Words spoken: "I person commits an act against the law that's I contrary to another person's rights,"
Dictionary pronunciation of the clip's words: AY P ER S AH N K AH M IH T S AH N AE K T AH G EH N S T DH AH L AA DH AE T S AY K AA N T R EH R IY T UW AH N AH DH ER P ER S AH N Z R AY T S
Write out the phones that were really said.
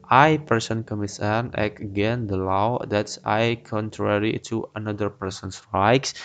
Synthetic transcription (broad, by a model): AY P ER S AH N K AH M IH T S AH N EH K AH G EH N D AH L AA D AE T S AY K AA N T R EH R IY T UW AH N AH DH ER P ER S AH N S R AY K S